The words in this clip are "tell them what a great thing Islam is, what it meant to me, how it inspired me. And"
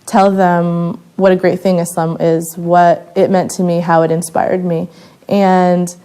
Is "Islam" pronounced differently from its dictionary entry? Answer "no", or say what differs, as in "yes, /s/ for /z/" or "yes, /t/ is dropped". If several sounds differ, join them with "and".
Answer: yes, /l/ is dropped